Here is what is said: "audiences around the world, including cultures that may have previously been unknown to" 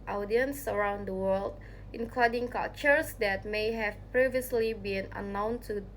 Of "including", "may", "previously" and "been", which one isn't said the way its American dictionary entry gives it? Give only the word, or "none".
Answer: none